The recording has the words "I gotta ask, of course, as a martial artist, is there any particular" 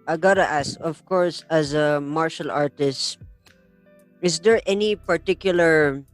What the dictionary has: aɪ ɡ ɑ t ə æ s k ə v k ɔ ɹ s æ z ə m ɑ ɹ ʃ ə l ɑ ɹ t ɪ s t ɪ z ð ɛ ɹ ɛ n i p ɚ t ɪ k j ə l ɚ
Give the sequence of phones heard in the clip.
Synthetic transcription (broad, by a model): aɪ ɡ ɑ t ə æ s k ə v k ɔ ɹ s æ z ə m ɑ ɹ ʃ ə l ɑ ɹ t ɪ s t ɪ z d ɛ ɹ ɛ n i p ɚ t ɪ k j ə l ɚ